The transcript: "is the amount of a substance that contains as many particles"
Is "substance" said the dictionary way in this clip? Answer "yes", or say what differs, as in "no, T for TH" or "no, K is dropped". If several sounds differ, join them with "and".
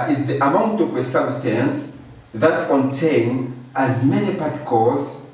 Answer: yes